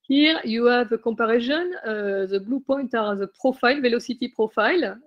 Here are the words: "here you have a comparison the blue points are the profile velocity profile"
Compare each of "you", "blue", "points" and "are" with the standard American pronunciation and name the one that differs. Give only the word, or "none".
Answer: points